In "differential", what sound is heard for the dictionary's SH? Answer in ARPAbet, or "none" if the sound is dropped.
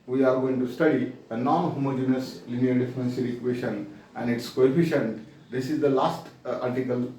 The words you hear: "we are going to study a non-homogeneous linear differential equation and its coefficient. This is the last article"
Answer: S